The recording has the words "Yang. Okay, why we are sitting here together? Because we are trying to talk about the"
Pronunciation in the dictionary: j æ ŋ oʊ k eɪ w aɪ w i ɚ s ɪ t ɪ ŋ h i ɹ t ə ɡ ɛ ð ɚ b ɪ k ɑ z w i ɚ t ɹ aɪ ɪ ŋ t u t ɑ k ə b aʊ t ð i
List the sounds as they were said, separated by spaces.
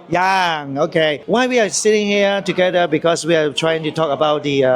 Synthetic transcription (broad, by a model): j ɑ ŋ oʊ k eɪ w aɪ w i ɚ s ɪ t ɪ ŋ h i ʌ t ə ɡ ɛ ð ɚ b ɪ k ɑ s w i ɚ t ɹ aɪ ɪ ŋ t u t ɑ k ə b aʊ t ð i